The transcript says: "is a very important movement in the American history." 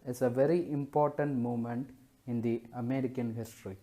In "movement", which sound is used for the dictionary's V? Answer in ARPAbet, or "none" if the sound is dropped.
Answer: none